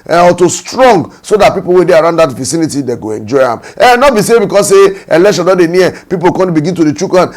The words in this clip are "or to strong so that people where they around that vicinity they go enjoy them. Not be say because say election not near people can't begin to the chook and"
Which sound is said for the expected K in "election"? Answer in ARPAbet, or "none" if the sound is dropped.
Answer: none